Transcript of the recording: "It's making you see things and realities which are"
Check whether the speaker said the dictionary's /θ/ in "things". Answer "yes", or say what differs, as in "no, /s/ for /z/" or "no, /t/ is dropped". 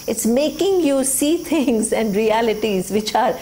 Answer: no, /t/ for /θ/